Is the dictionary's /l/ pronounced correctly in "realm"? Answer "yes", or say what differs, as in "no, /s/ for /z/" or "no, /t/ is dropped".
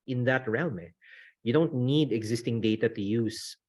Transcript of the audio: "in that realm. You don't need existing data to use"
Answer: no, /n/ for /l/